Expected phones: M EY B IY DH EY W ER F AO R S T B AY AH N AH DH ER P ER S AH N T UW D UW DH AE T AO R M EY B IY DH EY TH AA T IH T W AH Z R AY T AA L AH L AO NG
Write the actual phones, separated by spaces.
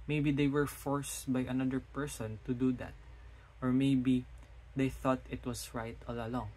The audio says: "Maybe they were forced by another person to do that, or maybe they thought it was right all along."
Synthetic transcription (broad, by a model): M EY B IY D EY W ER F AO R S T B AY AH N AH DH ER P ER S AH N T UW D UW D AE T AO R M EY B IY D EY TH AA T IH T W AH S R AY T AA L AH L AO NG